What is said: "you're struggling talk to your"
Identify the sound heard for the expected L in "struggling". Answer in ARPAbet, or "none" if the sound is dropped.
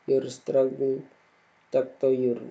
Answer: none